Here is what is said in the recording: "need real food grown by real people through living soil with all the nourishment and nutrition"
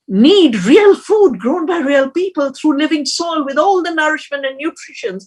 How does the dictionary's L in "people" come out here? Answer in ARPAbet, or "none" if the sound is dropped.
L